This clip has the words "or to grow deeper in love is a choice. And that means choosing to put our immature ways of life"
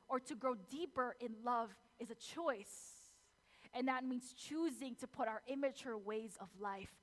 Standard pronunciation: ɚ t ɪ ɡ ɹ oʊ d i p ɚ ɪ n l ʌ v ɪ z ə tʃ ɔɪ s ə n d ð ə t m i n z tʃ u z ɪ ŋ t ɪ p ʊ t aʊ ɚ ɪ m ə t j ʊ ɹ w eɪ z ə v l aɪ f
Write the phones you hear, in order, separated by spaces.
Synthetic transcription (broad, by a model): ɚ t ɪ ɡ ɹ oʊ d i p ɚ ɪ n l ʌ v ɪ z ə tʃ ɔɪ s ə n ð ə t m i n z tʃ u z ɪ ŋ t ɪ p ʊ t aʊ ɚ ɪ m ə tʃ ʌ ɹ w eɪ z ə v l aɪ f